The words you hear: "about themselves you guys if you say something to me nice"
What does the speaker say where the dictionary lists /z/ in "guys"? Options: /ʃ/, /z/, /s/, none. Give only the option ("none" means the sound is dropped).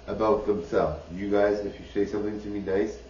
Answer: /z/